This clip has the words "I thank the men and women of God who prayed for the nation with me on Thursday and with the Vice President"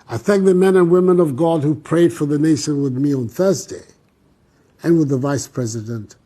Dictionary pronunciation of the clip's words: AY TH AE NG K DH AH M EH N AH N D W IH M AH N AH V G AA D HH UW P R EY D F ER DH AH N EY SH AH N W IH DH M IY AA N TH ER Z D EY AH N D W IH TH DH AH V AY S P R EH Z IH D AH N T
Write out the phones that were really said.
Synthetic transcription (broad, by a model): AY TH AE NG K DH AH M EH N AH N W IH M AH N AH V G AA D HH UW P R EY D F ER DH AH N EY SH AH N W IH DH M IY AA N TH ER Z D EY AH N W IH DH AH V AY S P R EH Z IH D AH N T